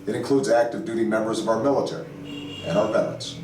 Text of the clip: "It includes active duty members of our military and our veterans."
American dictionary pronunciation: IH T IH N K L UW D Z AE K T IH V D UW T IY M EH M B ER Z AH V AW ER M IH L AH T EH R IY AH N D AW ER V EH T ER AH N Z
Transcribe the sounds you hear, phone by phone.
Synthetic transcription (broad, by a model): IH T IH N K L UW D Z AE K T IH V D UW T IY M EH M B ER Z AH V AW ER M IH L AH T EH R IY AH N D AW ER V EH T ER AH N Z